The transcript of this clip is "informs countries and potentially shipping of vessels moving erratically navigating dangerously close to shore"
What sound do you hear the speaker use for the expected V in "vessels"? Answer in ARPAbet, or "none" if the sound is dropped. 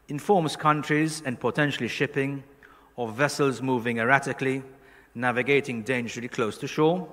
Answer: V